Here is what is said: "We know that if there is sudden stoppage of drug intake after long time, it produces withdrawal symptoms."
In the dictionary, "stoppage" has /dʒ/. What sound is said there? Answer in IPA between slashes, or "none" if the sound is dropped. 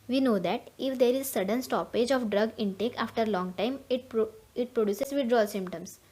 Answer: /dʒ/